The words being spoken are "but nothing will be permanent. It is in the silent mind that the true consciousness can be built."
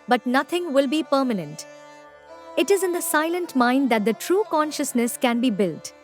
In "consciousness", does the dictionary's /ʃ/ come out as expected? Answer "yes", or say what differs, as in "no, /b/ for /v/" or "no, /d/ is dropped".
yes